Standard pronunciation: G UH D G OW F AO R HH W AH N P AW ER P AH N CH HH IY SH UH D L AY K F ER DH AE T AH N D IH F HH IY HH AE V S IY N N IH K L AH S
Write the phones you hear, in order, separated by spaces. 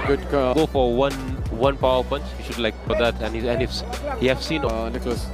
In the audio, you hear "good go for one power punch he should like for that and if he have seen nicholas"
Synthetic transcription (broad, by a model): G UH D G OW F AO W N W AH N P AW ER P AH N CH HH IY SH UH D L AY K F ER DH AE T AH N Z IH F HH IY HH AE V S IY N N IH K L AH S